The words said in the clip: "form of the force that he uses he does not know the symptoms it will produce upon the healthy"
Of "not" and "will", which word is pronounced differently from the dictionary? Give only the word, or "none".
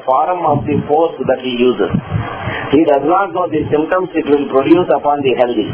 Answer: will